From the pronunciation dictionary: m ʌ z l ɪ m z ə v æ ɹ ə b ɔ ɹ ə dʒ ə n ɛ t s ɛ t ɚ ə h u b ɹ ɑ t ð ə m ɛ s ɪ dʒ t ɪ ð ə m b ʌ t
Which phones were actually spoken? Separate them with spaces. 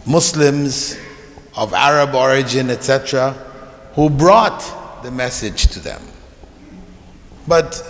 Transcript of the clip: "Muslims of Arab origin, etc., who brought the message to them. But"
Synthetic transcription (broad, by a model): m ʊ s l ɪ m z ə v æ ɹ ə b ɔ ɹ ə dʒ ə n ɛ t s ɛ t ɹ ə h u b ɹ ɑ t ð ə m ɛ s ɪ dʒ t ɪ ð ə m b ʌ t